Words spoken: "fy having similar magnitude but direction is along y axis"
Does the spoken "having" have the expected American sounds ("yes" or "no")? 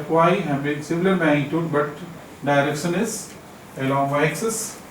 no